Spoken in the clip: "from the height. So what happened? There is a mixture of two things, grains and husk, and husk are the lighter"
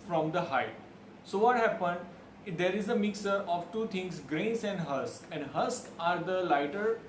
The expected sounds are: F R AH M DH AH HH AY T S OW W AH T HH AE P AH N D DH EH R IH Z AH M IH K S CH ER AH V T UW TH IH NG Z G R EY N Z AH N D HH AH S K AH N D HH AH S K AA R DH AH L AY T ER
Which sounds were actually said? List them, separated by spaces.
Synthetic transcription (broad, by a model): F R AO M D AH HH AY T S OW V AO T HH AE P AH N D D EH R IH Z AH M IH K S ER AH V T UW T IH NG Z G R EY N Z AH N D HH AH S K AH N D HH AH S K AA R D AH L AY T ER